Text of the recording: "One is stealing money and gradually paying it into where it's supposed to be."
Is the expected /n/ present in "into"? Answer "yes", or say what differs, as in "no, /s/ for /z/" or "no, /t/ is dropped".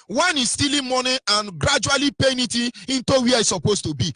yes